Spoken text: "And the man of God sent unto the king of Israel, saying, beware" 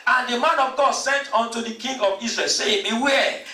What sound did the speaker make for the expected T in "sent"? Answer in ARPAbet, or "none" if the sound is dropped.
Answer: T